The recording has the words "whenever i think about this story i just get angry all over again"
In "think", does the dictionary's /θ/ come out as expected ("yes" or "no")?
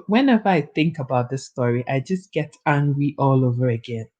yes